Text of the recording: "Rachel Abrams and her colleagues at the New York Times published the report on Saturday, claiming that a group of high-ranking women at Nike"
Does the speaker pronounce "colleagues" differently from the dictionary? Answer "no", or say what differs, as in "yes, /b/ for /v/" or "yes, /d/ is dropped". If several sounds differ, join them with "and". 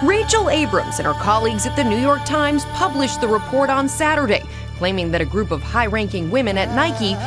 no